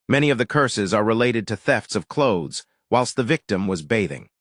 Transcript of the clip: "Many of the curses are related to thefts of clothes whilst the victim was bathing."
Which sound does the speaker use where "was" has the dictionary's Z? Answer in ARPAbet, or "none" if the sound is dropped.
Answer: Z